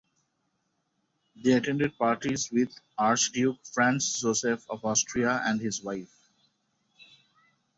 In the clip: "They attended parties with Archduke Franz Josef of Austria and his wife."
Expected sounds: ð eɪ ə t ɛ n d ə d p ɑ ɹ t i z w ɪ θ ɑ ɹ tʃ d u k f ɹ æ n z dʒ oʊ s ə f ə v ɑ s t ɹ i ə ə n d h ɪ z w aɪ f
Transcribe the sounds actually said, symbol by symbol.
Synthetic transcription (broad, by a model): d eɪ ə t ɛ n d ə d p ɑ ɹ t i z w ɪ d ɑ ɹ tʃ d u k f ɹ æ n s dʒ oʊ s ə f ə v ɑ s t ɹ i ə ə n d h ɪ z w aɪ f